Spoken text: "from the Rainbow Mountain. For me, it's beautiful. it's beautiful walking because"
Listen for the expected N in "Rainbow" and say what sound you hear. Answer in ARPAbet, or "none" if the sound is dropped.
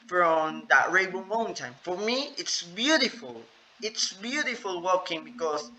none